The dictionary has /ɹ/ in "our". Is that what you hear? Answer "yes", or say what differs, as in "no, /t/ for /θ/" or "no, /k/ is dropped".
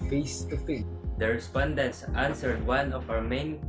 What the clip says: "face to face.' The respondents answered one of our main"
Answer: no, /w/ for /ɹ/